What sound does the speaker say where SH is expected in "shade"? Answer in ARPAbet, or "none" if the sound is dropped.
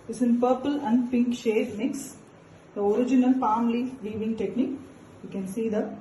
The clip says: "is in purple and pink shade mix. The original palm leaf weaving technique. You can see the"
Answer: SH